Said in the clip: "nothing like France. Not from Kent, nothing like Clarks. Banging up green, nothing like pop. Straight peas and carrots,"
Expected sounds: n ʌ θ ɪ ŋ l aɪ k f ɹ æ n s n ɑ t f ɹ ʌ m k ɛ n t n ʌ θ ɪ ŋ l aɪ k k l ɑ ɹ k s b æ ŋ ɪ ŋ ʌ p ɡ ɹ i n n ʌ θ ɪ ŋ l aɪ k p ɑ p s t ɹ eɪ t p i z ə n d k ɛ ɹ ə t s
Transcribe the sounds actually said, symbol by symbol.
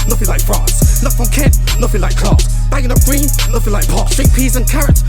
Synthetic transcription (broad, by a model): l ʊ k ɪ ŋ l aɪ k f ɹ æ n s l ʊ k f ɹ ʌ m k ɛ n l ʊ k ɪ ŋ l aɪ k k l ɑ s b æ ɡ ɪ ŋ ʌ p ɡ ɹ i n l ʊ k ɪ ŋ l aɪ k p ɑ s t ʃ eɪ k p i z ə n k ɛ ɹ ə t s